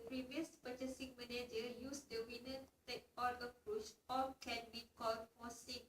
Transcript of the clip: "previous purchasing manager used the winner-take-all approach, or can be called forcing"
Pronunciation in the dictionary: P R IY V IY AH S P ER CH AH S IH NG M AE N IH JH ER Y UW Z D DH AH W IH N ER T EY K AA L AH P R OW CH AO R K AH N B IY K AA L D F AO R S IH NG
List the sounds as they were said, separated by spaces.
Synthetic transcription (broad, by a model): P R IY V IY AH S P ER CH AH S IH NG M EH N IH JH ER Y UW S D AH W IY N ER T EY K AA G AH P R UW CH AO L K AH N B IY K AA L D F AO S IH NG